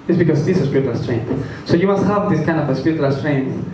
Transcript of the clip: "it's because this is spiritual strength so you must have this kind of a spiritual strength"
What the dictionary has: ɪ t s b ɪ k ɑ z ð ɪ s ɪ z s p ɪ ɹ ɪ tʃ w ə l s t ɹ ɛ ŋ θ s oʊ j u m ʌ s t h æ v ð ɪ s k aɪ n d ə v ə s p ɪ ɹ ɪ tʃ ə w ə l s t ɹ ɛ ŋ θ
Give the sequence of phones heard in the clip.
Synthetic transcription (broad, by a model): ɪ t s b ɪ k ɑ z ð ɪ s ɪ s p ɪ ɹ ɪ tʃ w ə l s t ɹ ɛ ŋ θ s oʊ j u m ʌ s t h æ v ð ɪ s k aɪ n d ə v ə s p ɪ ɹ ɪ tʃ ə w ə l s t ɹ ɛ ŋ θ